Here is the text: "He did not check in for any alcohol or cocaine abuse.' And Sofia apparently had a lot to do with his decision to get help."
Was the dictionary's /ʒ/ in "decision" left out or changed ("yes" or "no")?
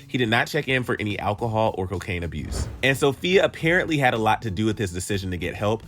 no